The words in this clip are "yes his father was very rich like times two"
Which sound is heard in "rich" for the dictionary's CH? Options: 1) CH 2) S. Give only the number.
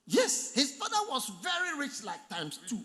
1